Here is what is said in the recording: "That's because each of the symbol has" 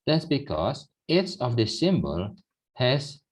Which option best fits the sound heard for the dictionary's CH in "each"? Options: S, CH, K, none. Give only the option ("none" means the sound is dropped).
S